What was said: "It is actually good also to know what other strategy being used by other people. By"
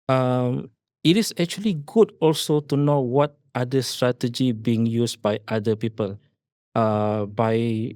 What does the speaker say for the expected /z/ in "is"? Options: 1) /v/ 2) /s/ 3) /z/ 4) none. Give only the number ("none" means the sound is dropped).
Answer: 2